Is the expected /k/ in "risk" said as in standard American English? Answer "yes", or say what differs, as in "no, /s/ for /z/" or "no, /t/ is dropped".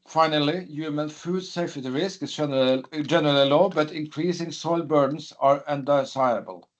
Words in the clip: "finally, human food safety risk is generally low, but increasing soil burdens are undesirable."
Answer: yes